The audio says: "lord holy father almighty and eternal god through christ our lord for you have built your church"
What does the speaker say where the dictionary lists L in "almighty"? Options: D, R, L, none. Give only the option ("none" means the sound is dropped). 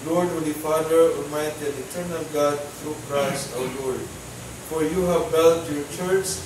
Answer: none